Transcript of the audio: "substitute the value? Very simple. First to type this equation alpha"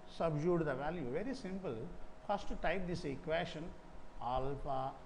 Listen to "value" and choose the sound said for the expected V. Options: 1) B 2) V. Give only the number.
2